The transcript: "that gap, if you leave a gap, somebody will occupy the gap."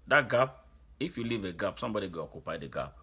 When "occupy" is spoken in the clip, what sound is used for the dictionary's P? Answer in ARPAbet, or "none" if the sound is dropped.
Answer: P